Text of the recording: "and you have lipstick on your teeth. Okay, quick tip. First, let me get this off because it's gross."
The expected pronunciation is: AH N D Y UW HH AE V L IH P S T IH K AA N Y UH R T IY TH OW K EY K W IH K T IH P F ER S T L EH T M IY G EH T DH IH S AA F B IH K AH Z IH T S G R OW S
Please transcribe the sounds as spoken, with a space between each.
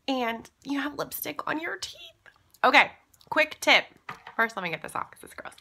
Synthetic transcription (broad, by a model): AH N Y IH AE V L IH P S T IH K N Y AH R T IY TH OW K EY K W IH K T IH P F ER S T L EH T M IY G EH T DH IH S AA F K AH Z IH T S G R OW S